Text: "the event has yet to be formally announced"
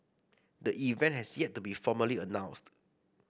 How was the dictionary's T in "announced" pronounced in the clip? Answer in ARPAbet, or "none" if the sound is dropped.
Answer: T